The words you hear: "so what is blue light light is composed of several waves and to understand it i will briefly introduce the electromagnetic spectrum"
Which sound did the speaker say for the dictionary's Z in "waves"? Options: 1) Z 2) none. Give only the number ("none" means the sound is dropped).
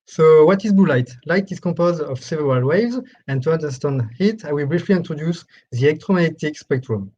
1